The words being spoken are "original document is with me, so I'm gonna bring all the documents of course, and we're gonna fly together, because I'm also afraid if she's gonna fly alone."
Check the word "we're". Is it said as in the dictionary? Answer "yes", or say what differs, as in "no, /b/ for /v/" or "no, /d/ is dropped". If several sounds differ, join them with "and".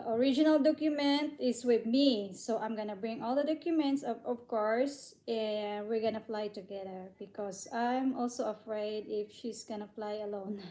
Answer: yes